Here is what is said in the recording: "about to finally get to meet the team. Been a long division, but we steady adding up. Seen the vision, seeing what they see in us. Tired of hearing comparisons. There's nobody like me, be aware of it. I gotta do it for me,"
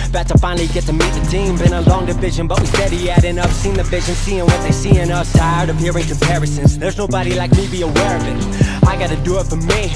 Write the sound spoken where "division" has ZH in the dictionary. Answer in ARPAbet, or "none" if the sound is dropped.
ZH